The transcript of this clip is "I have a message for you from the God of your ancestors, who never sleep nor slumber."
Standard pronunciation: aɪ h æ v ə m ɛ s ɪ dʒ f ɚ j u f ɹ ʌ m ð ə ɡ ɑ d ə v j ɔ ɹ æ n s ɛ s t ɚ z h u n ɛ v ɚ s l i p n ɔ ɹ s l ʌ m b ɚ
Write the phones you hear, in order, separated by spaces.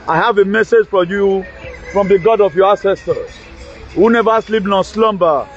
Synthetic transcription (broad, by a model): aɪ h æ v ə m ɛ s ɪ dʒ f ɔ j u f ɹ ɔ m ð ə ɡ ɑ d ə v j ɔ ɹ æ s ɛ s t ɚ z h u n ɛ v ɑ s l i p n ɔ s l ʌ m b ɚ